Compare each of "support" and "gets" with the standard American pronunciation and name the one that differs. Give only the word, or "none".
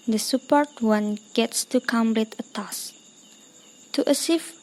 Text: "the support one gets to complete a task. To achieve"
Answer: none